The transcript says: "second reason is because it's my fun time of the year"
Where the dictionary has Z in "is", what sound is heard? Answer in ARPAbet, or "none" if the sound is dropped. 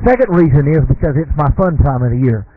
Z